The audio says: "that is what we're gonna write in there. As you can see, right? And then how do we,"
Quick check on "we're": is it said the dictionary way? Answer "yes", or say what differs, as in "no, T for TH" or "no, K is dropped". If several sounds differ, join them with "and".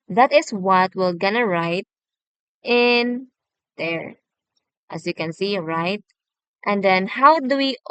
no, L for R